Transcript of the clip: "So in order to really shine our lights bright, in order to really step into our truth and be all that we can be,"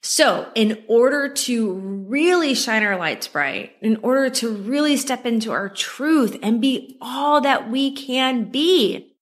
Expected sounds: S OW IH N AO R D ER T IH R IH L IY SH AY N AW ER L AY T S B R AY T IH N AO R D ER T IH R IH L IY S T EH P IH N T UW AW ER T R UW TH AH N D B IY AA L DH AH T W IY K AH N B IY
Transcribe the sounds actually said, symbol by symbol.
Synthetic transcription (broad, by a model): S OW IH N AO R D ER T IH R IH L IY SH AY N AW ER L AY T S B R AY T IH N AO R D ER T IH R IH L IY S T EH P IH N T UW AW ER T R UW TH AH N B IY AA L DH AH T W IY K AH N B IY